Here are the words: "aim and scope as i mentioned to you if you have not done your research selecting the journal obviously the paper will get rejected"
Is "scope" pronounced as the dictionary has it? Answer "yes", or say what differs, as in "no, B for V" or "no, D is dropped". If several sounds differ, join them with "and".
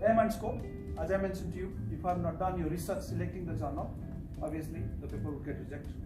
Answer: no, P is dropped